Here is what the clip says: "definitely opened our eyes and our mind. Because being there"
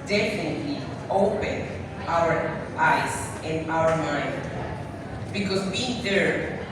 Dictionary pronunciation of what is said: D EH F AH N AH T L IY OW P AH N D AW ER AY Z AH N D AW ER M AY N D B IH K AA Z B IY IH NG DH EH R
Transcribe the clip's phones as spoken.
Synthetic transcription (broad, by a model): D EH F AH N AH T L IY OW P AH N AW ER AY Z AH N AW ER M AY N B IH K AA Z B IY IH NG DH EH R